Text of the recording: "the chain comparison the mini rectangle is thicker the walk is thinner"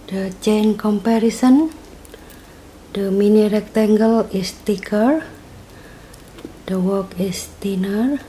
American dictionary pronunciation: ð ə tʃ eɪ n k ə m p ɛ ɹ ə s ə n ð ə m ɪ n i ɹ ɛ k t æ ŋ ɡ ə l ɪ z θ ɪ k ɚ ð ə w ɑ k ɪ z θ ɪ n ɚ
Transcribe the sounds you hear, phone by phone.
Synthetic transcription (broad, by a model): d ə tʃ eɪ n k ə m p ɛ ɹ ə s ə n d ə m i n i ɹ ɛ k t æ ŋ ɡ ə l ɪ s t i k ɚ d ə w ɑ k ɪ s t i n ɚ